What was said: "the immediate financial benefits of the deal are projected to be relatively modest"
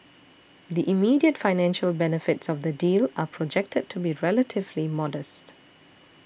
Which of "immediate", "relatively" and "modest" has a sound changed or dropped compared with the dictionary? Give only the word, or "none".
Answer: none